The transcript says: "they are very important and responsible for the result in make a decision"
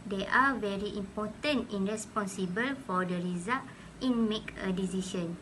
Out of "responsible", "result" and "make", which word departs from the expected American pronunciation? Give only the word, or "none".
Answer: result